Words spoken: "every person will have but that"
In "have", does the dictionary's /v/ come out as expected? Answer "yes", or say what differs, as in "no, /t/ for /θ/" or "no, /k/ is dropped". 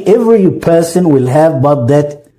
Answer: yes